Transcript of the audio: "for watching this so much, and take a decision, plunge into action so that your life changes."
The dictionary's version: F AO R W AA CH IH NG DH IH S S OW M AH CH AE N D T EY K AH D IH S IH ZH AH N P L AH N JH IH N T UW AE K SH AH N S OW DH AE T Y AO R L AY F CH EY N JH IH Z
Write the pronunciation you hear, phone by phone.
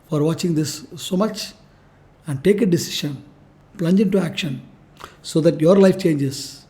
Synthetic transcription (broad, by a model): F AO R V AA CH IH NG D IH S S OW M AH CH AE N D T EY K AH D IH S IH SH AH N P L AH N JH IH N T UW AE K SH AH N S OW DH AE T Y AO R L AY F CH EY N JH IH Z